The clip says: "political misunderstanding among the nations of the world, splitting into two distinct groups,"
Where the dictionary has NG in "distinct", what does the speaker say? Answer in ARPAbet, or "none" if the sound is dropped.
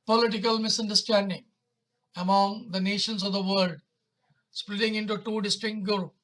none